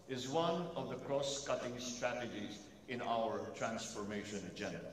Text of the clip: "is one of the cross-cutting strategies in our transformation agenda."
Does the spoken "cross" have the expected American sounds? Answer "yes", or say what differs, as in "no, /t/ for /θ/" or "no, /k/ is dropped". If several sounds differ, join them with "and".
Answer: yes